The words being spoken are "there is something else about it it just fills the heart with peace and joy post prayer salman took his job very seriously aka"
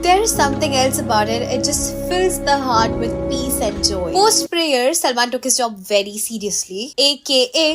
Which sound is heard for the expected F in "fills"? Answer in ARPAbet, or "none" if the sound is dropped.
F